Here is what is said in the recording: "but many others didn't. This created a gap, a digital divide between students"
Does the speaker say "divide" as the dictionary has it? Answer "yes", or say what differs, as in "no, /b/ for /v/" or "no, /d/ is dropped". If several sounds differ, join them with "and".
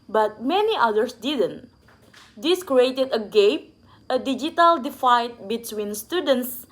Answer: no, /f/ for /v/